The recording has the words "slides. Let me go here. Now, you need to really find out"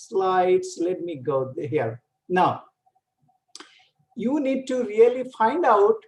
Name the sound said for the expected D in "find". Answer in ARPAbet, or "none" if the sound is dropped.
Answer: D